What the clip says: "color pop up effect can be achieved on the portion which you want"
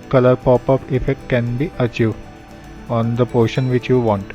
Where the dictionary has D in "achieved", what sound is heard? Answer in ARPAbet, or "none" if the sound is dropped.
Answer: none